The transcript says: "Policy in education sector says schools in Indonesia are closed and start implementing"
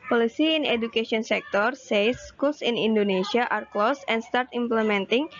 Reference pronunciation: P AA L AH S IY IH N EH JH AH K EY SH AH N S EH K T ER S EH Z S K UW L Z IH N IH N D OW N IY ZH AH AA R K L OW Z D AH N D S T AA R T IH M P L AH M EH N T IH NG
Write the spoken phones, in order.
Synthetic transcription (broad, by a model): P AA L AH S IY IH N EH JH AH K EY S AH N S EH K T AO S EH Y S K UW L S IH N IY N D OW N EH S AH AA R K L OW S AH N S T AA R T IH M P L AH M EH N T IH NG